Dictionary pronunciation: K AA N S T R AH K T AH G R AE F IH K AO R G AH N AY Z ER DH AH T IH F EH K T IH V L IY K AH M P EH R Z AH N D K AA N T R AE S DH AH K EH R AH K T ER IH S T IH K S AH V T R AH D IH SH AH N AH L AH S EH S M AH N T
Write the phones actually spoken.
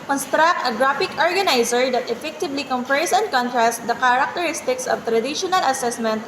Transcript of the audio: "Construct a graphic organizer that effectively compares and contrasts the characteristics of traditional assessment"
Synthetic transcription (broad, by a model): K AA N S T R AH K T AH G R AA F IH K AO R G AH N AY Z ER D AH T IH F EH K T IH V L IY K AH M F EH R S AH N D K AA N T R AE S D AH K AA R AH K T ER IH S T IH K S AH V T R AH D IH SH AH N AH L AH S EH S M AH N T